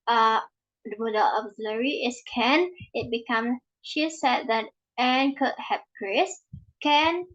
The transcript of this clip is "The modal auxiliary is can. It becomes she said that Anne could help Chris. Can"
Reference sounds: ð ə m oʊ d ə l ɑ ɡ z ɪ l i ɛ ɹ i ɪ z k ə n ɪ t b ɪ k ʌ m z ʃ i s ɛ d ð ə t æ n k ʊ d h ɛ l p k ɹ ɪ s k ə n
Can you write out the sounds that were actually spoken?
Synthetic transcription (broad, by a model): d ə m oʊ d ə l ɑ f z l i ɹ i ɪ s k ə n ɪ t b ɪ k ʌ m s ʃ i s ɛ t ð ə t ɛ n k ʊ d h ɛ p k ɹ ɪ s k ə n